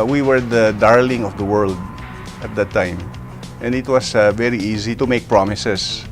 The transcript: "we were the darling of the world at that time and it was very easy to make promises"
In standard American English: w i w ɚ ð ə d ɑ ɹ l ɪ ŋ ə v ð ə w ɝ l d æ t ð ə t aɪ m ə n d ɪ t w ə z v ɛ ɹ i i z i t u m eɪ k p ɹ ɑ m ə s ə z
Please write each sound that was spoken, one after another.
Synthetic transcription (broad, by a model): w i w ɚ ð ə d ɑ ɹ l ɪ ŋ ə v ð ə w ɝ l d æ t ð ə t aɪ m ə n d ɪ t w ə s v ɛ ɹ i i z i t u m eɪ k p ɹ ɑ m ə s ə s